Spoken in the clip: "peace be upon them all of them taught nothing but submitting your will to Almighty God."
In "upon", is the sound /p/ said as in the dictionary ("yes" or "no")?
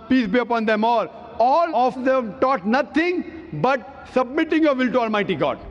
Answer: yes